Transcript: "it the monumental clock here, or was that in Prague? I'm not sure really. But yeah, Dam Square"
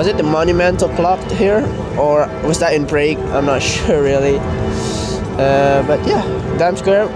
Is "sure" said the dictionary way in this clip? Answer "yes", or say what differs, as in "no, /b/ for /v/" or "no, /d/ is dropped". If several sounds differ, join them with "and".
yes